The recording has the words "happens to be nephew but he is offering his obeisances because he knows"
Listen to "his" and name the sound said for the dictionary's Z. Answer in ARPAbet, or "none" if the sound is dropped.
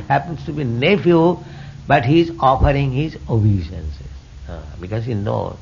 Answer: Z